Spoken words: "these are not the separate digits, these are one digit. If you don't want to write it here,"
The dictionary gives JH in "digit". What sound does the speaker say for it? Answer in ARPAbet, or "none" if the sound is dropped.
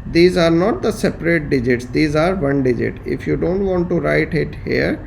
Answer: JH